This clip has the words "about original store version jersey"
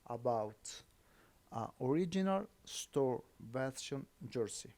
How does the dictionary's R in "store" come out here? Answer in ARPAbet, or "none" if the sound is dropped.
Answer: R